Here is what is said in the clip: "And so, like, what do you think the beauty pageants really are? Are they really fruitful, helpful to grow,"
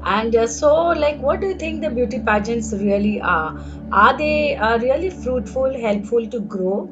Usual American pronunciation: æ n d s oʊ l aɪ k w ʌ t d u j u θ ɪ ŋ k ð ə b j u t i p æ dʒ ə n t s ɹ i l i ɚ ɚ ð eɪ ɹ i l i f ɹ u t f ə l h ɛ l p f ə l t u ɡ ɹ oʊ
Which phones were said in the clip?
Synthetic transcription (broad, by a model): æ n d s oʊ l aɪ k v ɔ t d u j u t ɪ ŋ k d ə b j u t i p æ dʒ ə n t s ɹ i l i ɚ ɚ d eɪ ɹ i l i f ɹ u t f ə l h ɛ l p f ə l t u ɡ ɹ oʊ